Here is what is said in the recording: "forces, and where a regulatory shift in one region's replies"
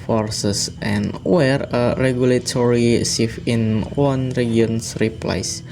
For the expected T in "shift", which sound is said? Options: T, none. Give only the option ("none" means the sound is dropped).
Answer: none